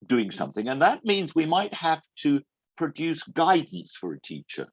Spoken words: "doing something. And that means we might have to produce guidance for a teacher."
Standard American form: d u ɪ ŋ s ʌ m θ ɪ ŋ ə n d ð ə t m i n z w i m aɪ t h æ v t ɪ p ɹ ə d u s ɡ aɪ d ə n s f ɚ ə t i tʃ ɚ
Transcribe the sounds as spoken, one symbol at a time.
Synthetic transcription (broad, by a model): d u ɪ ŋ s ʌ m θ ɪ ŋ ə n ð ə t m i n z w i m aɪ t h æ f t ɪ p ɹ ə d u s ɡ aɪ d n s f ɚ ə t i tʃ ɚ